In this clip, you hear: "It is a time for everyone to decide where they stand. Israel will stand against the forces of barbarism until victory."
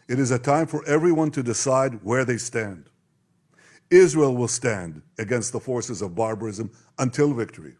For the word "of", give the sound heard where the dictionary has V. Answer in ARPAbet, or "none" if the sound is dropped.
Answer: V